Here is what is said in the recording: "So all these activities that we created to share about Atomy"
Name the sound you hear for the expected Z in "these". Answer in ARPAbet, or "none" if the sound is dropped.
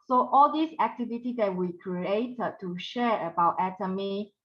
S